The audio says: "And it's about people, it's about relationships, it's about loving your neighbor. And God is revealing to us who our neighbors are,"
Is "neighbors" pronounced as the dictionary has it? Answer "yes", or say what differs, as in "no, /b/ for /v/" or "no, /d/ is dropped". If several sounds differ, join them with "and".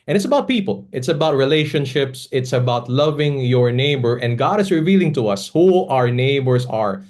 no, /s/ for /z/